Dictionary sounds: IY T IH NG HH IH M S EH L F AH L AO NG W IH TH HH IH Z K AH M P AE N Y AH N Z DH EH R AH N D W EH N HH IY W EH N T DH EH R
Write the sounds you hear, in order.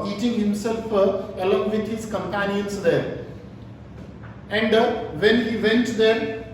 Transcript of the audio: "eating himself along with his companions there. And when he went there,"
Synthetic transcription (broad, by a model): IY T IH NG HH IH M S EH L F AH L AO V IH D HH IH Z K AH M P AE N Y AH N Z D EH R AH N D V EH N HH IY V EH N T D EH R